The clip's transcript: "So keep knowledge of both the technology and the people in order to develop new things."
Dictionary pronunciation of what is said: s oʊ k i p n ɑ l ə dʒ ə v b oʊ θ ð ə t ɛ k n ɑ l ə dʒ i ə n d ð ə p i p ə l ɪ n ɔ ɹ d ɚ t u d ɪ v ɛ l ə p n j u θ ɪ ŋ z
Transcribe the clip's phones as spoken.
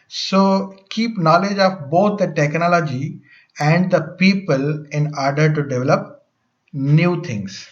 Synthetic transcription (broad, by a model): s oʊ k i p n ɑ l ə dʒ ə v b oʊ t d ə t ɛ k n ɑ l ə dʒ i ə n d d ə p i p ə l ɪ n ɔ ɹ d ɚ t u d ɪ v ɛ l ə p n j u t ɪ ŋ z